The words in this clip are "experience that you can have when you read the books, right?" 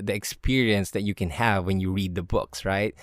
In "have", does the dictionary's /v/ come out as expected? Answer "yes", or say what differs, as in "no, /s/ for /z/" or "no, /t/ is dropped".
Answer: yes